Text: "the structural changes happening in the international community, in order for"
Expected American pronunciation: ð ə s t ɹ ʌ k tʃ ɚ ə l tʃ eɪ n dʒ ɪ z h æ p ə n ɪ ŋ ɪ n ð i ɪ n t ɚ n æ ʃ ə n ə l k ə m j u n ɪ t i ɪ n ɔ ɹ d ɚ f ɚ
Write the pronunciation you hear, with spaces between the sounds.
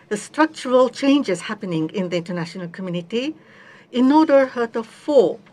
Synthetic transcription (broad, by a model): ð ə s t ɹ ʌ k tʃ ɚ ə l tʃ eɪ n dʒ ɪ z h æ p ə n ɪ ŋ ɪ n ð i ɪ n t ɚ n æ ʃ ə n ə l k ə m j u n ɪ t i ɪ n ɔ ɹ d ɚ f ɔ